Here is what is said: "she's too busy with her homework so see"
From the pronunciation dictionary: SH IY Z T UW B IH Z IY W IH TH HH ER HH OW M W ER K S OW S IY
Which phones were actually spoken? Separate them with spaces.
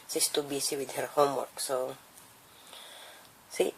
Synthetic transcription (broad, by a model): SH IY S T UW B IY S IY W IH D HH ER HH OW M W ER K S OW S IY